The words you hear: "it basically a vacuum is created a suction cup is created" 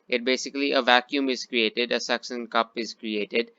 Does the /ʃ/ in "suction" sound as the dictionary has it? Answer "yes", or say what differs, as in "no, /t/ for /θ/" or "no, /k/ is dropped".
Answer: no, /s/ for /ʃ/